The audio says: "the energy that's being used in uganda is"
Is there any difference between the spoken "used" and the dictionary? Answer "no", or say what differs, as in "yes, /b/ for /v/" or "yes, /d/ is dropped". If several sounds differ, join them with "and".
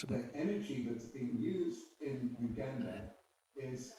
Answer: no